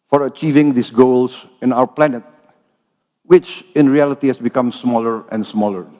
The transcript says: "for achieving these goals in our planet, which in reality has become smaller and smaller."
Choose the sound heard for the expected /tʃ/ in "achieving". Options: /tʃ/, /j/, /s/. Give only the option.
/tʃ/